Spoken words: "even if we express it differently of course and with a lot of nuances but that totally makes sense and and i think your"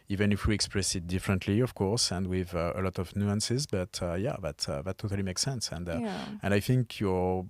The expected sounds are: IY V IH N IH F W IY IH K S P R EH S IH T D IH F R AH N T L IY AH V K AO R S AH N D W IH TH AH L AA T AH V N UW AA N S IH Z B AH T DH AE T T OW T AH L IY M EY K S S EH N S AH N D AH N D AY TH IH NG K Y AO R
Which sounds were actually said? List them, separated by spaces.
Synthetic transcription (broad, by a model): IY V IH N IH F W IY IH K S P R EH S IH T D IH F R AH N T L IY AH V K AO R S AH N D W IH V AH L AA T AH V N UW AA N S IH Z B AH T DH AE T T OW T AH L IY M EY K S S EH N S AH N D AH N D AY TH IH NG K Y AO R